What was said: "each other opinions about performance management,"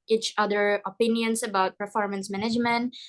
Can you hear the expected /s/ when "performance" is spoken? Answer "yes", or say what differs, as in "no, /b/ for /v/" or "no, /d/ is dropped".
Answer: yes